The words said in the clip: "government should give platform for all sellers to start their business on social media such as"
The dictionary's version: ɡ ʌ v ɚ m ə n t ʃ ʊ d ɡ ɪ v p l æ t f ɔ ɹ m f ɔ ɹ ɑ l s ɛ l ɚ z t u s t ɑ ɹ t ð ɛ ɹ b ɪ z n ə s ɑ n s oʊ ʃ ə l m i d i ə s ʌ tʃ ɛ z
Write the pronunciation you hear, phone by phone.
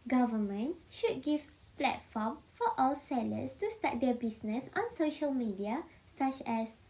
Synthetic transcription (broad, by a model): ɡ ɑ v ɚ m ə n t ʃ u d ɡ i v p l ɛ t f ɔ m f ɔ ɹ ɑ l s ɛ l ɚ s t u s t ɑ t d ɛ b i s n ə s ɑ n s oʊ ʃ ə l m i d i ə s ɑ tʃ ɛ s